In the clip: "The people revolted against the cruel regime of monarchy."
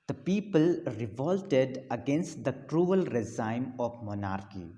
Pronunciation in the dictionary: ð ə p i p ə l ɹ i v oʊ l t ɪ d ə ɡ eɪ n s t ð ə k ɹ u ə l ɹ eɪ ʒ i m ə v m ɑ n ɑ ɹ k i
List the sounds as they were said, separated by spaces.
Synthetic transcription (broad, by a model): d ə p i p ə l ɹ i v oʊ l t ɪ d ə ɡ eɪ n s t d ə k ɹ u ə l ɹ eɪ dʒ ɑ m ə p m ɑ n ɑ ɹ k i